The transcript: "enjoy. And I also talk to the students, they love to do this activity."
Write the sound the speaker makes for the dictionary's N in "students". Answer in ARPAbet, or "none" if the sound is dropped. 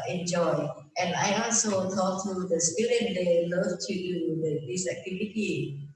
none